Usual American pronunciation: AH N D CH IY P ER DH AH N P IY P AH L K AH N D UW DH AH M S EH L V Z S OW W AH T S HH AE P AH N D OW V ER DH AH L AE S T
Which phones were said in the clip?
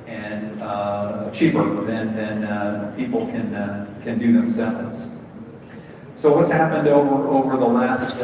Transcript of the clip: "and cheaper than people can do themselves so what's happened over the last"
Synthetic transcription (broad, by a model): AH N CH IY P ER DH AH N P IY P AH N K AH N D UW DH AH M S EH L V Z S OW W AH T S HH AE P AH N D OW V ER DH AH L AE S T